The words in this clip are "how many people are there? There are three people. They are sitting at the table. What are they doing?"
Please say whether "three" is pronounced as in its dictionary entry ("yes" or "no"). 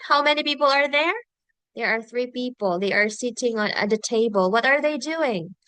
yes